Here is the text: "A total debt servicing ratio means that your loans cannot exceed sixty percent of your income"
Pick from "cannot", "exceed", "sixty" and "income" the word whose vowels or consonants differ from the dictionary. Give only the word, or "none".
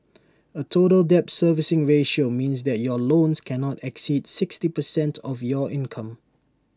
none